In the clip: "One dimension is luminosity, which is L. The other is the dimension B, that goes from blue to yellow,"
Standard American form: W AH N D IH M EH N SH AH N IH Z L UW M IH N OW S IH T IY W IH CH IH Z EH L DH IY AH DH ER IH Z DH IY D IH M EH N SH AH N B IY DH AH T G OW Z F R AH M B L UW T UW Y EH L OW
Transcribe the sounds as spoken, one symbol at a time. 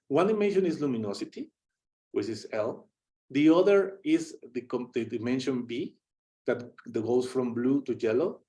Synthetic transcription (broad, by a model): W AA N D IH M EH N SH AH N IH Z L UW M IH N OW S IH T IY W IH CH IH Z EH L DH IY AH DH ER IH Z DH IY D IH M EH N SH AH N B IY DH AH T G OW S F R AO M B L UW T UW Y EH L OW